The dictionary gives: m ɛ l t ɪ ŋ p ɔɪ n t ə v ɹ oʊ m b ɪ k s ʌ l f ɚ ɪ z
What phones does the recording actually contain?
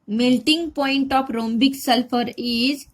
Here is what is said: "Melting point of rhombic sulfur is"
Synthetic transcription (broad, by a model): m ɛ l t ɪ ŋ p ɔɪ n t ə p ɹ oʊ m b ɪ k s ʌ l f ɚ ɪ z